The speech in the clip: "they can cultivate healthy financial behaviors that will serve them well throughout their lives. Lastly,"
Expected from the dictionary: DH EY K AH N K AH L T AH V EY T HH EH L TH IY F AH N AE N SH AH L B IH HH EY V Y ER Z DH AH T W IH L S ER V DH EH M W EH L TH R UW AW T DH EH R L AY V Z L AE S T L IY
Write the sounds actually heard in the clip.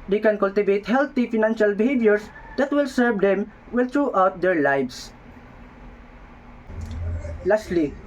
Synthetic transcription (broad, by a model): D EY K AH N K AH L T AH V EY T HH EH L T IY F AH N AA N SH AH L B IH HH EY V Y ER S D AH T W IH L S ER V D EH M W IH L T R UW AW T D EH R L AY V S L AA S T L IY